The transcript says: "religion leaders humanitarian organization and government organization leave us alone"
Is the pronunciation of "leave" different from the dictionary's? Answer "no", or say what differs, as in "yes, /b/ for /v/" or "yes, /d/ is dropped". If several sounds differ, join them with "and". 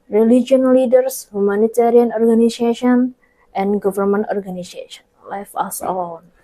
yes, /f/ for /v/